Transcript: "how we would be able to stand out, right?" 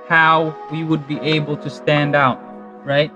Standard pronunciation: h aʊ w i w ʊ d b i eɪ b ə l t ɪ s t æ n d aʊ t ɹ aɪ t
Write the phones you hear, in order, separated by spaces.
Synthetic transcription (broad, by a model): h aʊ w i w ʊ d b i eɪ b l t ɪ s t æ n d aʊ t ɹ aɪ t